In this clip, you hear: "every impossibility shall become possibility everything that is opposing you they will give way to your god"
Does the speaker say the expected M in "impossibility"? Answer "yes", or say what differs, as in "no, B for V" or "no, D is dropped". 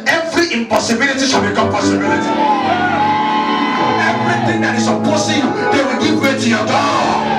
yes